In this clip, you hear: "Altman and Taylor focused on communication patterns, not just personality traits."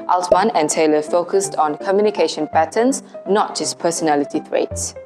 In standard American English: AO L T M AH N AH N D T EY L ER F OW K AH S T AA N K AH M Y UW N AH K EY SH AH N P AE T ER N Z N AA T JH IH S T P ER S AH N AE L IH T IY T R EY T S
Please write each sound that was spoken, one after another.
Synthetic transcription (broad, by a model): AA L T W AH N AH N T EY L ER F OW K AH S T AA N K AH M Y UW N AH K EY SH AH N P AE T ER N S N AA T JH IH S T P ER S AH N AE L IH T IY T R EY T S